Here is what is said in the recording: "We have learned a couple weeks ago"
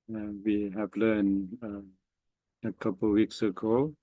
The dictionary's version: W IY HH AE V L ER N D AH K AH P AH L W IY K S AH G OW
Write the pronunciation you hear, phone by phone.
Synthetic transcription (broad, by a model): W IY HH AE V L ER N AH K AH P AH L W IY K S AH G OW